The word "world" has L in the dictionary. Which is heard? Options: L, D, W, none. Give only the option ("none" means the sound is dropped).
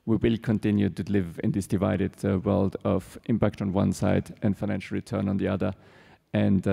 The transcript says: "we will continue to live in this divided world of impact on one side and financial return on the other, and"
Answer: L